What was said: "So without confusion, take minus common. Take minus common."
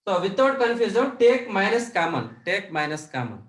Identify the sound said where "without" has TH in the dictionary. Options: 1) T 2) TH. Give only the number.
1